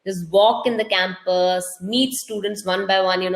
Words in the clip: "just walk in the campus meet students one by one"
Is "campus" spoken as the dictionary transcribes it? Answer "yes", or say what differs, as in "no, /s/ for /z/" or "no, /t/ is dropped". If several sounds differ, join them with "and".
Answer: yes